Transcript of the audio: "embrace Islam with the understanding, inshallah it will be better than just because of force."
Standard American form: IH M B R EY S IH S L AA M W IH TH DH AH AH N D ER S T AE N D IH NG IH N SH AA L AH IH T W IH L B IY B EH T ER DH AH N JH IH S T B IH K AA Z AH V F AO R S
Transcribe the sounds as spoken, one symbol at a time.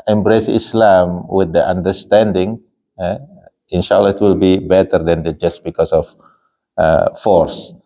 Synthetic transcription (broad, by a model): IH M B R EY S IH S L AA M W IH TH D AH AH N D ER S T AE N D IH NG IH N SH AA L AH IH T W IH L B IY B EH T ER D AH N JH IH S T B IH K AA S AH F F AO R S